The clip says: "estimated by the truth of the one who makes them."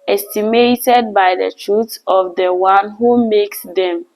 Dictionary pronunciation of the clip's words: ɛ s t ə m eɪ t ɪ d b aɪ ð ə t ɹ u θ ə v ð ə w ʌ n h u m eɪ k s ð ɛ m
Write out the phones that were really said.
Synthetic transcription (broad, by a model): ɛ s t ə m eɪ t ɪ d b aɪ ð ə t ɹ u s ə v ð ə w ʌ n h u m eɪ k s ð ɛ m